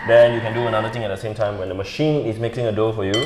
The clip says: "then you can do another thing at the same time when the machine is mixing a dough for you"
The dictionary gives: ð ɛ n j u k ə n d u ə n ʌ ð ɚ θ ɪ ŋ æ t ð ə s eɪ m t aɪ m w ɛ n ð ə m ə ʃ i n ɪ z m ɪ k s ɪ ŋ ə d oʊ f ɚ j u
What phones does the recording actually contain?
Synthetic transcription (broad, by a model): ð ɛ n j u k ə n d u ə n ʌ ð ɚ t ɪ ŋ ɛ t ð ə s eɪ m t aɪ m w ɛ n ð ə m ə ʃ i n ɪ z m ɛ k ɪ ŋ ə d oʊ f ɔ j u